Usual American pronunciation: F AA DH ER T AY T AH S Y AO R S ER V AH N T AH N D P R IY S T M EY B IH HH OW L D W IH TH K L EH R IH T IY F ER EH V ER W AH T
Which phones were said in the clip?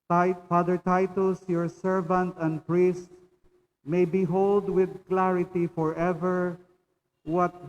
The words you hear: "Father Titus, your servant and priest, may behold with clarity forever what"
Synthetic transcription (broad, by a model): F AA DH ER T AY T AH S Y AO R S ER V AH N T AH N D P R IY S T M EY B IH HH OW L D W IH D K L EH R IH T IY F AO EH V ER W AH T